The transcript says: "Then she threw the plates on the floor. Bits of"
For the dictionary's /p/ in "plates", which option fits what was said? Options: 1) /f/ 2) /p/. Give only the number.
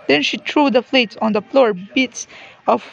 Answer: 1